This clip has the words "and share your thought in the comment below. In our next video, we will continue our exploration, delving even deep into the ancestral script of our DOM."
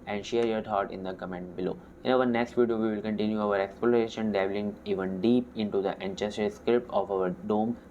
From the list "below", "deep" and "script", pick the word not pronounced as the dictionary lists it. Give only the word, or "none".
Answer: script